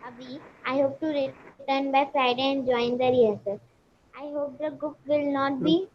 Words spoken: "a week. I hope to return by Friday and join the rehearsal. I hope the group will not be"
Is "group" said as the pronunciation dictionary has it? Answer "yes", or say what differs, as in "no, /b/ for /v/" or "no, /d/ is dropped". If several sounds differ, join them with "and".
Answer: no, /ɹ/ is dropped